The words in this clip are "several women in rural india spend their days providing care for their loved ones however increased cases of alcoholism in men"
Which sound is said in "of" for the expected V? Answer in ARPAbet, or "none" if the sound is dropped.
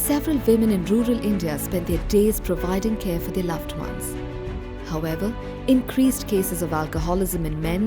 V